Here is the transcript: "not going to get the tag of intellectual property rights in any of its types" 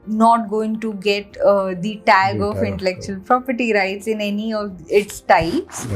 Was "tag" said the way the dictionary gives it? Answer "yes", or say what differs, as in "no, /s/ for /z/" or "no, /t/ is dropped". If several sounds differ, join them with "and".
yes